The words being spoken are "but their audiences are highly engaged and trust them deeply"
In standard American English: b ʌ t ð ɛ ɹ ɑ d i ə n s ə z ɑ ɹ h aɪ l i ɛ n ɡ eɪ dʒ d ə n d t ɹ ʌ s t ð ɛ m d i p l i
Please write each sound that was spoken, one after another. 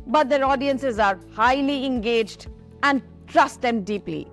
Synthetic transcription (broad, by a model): b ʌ t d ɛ ɹ ɑ d i ə n s ə z ɑ ɹ h aɪ l i ɛ n ɡ eɪ dʒ d ə n d t ɹ ʌ s t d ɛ m d i p l i